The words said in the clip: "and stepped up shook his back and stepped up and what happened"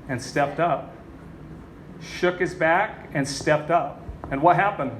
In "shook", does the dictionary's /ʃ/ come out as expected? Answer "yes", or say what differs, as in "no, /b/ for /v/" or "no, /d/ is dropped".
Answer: yes